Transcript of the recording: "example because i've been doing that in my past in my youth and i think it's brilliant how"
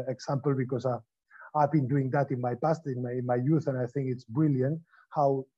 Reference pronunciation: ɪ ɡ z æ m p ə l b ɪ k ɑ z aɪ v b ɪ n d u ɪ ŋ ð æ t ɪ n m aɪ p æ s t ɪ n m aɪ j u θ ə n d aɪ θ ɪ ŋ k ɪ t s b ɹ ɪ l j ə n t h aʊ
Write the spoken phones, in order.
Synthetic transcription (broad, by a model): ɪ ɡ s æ m p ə l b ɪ k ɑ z aɪ v b ɪ n d u ɪ ŋ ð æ t ɪ n m aɪ p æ s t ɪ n m aɪ j u θ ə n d aɪ θ ɪ ŋ k ɪ t s b ɹ ɪ l j ə n t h aʊ